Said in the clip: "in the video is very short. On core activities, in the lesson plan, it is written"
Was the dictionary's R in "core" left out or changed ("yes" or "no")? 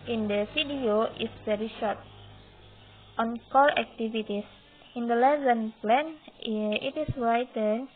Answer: yes